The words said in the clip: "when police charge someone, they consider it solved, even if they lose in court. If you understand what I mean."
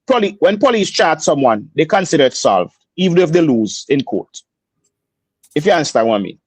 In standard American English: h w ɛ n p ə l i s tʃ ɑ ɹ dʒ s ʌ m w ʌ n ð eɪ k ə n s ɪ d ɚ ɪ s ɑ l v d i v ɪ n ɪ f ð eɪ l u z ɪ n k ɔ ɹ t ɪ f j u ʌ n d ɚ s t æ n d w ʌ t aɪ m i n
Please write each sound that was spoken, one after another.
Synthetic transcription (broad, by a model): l w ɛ n p ə l i s tʃ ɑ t s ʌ m w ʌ n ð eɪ k ə n s ɪ d ɚ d s ɑ l v d i v ɪ n ɪ f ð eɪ l u z ɪ n k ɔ t ɪ f j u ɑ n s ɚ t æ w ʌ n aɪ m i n